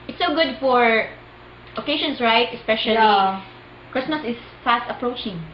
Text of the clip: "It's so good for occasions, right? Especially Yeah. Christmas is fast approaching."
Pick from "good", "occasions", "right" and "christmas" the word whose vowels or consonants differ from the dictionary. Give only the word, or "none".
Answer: occasions